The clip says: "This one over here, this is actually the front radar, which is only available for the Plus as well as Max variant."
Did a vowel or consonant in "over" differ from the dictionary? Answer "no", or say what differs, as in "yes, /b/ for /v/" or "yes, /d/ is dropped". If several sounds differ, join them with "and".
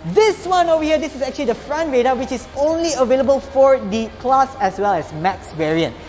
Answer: yes, /v/ is dropped